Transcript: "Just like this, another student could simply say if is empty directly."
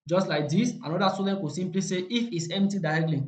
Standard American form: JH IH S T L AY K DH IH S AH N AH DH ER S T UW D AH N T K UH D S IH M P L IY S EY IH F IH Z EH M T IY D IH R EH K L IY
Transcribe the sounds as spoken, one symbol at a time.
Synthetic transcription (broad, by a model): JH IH S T L AY K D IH S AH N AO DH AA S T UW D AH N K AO S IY M P L IY S EY IH F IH S EH M T IY D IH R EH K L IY